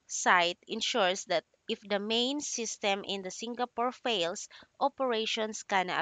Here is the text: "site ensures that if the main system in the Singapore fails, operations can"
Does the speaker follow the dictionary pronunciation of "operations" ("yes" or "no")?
no